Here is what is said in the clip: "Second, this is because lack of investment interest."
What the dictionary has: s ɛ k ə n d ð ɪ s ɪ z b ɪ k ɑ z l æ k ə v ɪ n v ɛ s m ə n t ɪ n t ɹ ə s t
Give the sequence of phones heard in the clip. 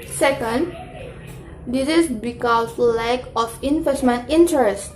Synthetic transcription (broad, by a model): s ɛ k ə n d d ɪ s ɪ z b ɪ k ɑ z l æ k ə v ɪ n f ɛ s m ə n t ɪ n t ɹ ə s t